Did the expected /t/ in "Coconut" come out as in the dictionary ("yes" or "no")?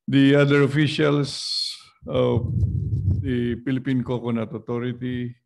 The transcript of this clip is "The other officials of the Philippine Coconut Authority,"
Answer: yes